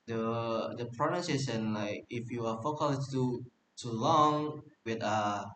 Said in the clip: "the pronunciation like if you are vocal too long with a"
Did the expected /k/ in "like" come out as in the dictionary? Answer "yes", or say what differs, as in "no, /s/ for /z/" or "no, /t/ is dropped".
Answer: yes